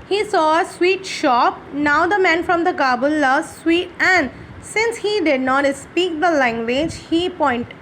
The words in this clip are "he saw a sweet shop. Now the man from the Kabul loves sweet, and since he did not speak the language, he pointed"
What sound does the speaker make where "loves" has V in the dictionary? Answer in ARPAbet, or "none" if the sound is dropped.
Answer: none